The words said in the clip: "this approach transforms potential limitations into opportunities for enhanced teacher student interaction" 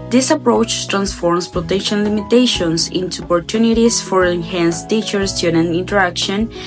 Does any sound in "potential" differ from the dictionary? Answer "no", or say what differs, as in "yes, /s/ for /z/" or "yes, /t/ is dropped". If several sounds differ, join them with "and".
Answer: yes, /n/ is dropped and /n/ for /l/